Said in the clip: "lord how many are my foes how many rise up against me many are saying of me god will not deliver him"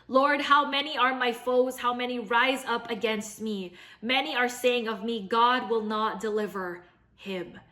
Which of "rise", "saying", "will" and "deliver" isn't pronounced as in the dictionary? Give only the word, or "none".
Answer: none